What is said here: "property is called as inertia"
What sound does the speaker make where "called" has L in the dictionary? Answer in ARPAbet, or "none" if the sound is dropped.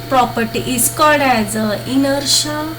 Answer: none